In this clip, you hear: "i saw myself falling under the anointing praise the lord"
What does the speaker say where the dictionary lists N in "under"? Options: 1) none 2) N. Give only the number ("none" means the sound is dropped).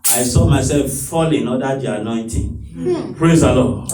1